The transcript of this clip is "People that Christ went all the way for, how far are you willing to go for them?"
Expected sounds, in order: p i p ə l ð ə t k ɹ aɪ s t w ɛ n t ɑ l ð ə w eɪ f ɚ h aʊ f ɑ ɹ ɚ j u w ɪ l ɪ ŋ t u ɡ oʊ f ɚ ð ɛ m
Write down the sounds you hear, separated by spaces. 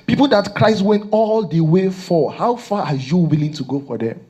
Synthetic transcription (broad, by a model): p i p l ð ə t k ɹ aɪ s t w ɛ n t ɑ l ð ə w eɪ f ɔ h aʊ f ɑ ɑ j u w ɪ l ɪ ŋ t u ɡ oʊ f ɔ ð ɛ